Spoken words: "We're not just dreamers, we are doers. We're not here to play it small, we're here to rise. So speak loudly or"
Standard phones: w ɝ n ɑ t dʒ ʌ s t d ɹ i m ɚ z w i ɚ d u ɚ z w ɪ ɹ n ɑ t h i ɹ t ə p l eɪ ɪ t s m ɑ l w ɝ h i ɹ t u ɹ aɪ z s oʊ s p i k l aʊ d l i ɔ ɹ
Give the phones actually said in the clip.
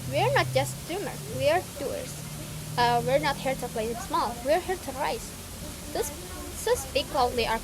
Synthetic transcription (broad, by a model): w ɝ n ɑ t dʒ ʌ s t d u m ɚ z w i ɚ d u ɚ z w ɪ ɹ n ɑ t h i ɹ t ə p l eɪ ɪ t s m ɑ l w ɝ h i ɹ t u ɹ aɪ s s oʊ s p i k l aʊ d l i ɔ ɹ